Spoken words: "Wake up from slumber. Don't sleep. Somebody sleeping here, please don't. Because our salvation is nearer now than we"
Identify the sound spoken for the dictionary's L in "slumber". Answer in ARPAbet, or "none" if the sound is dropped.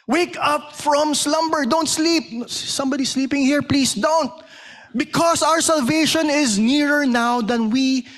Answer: L